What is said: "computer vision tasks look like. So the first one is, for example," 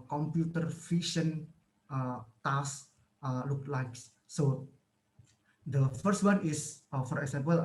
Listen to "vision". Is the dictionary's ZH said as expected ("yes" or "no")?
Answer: no